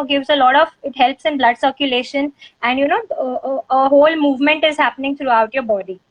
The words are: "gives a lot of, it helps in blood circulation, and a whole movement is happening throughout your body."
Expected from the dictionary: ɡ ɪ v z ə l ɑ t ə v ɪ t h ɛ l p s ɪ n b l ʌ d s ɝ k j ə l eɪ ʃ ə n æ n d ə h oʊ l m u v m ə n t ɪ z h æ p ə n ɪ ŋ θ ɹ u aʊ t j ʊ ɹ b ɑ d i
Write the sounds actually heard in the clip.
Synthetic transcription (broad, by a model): ɡ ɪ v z ə l ɑ t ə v ɪ t h ɛ l p s ɪ n b l ʌ d s ɝ k j ə l eɪ ʃ ə n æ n d ə h oʊ l m u v m ə n t ɪ z h æ p ə n ɪ ŋ t ɹ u aʊ t j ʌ ɹ b ɑ d i